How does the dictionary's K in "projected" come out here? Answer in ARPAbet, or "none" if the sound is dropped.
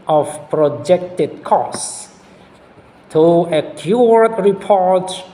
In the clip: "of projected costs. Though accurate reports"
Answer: K